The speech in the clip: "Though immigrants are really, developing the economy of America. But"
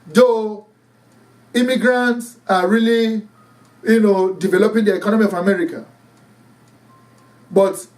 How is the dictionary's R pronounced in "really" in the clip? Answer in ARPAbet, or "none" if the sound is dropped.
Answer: L